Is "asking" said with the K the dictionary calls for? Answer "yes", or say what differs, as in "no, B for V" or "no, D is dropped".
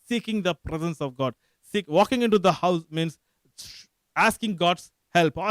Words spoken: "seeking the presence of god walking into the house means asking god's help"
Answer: yes